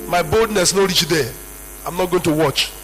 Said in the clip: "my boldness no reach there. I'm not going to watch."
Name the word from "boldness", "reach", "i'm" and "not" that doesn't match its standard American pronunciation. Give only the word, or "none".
none